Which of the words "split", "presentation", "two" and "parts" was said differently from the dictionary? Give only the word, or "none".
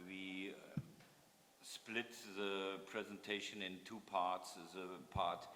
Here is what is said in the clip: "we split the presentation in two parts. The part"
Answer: none